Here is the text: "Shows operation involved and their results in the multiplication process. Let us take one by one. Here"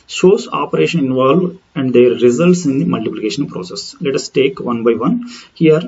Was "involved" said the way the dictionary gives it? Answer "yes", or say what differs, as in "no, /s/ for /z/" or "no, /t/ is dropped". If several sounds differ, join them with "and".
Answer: no, /d/ is dropped